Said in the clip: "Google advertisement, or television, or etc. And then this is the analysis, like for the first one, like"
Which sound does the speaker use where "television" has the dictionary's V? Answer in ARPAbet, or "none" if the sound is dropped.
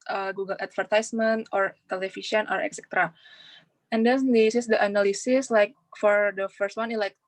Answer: F